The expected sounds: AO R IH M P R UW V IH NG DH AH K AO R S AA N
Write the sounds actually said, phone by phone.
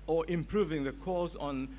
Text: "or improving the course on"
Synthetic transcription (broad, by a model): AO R IH M P R UW V IH NG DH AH K AO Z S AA N